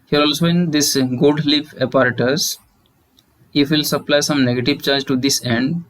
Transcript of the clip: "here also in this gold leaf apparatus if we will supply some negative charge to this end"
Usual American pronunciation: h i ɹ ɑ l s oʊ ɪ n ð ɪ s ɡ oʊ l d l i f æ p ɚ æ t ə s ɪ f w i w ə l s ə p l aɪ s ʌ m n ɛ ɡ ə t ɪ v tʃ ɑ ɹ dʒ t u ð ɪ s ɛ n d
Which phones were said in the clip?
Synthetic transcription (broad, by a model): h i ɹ ɑ l s oʊ ɪ n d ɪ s ɡ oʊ d l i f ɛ p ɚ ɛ t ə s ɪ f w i l s ə p l aɪ s ʌ m n ɛ ɡ ə t ɪ v tʃ ɑ ɹ dʒ t u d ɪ s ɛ n d